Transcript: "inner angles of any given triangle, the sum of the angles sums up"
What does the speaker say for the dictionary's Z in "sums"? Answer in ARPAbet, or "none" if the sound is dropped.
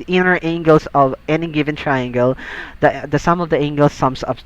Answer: S